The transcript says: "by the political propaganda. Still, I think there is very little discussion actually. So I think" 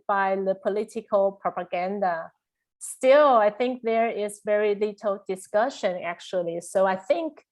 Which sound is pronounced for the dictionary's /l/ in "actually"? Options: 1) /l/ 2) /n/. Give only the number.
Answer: 1